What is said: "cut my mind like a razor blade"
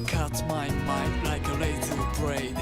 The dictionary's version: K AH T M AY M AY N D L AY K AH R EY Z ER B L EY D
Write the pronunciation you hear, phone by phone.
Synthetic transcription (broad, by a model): K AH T M AY M AY N D L AY K AH L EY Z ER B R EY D